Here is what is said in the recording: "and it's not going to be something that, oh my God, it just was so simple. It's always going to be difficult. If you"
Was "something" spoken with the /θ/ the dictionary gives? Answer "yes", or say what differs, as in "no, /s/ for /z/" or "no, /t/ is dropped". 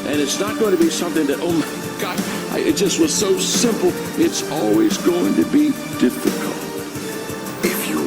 yes